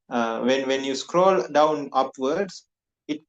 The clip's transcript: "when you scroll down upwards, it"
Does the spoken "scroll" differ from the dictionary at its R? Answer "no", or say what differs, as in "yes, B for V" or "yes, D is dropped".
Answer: no